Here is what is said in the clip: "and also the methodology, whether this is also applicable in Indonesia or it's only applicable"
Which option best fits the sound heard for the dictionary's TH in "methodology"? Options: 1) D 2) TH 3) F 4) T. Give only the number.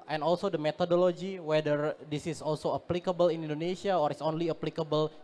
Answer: 4